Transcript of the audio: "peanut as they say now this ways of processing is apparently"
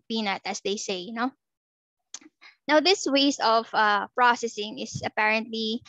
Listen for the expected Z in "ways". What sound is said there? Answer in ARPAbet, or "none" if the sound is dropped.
S